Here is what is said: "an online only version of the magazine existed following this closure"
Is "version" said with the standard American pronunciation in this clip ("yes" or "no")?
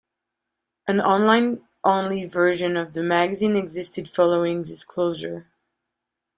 yes